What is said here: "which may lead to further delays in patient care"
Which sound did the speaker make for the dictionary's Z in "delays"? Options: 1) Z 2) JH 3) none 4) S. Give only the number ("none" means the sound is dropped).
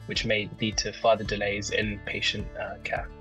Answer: 1